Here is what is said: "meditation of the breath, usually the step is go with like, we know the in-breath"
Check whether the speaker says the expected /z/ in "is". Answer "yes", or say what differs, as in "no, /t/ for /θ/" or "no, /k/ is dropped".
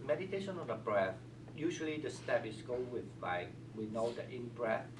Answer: no, /s/ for /z/